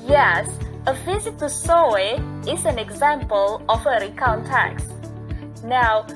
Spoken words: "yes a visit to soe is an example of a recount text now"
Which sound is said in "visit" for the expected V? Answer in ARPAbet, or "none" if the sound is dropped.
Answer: F